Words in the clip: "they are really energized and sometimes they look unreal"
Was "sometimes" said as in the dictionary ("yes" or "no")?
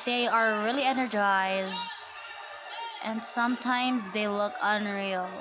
yes